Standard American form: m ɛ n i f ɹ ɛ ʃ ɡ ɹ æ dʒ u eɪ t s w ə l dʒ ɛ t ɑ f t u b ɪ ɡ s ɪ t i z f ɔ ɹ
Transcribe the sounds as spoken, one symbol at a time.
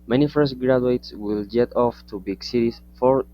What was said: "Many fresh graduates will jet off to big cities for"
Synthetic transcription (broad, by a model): m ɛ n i f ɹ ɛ s ɡ ɹ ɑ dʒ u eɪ t s w ə l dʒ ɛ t ɑ f t u b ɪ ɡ s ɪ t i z f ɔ ɹ